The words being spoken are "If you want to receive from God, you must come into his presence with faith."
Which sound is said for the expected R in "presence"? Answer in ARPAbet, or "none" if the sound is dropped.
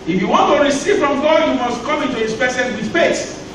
none